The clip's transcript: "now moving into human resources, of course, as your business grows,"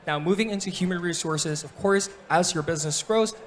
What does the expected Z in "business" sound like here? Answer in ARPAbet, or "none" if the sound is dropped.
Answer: Z